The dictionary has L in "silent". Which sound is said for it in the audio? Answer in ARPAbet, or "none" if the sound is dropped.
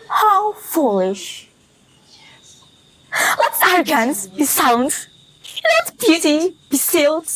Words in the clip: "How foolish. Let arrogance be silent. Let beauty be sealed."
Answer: none